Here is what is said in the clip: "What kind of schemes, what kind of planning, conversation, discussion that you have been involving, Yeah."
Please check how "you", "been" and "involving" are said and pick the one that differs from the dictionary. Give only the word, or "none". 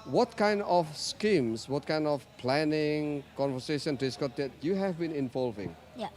none